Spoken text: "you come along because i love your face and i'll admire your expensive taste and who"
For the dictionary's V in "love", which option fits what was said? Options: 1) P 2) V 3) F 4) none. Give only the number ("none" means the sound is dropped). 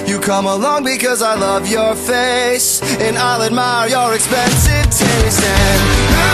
2